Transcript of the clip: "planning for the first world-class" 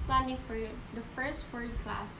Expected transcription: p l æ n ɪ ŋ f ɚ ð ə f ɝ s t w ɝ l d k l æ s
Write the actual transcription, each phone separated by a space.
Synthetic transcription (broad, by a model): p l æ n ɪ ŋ f ɚ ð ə f ɝ s t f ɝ d k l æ s